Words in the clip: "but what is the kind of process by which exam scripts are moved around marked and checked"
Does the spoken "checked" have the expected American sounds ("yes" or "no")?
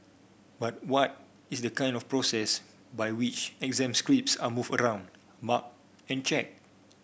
no